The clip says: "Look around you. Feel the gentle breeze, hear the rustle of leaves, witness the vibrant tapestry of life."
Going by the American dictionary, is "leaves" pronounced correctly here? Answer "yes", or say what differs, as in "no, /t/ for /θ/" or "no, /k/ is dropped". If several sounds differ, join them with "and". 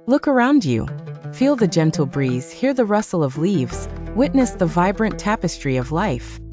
yes